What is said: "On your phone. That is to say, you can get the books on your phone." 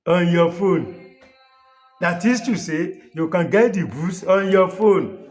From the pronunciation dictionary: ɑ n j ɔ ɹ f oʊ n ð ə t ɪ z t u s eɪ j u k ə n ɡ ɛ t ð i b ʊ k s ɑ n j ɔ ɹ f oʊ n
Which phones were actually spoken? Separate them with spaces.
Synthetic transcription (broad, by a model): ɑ n j ɔ f oʊ n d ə t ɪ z t u s eɪ j u k ə n ɡ ɛ t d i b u s ɑ n j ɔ f oʊ n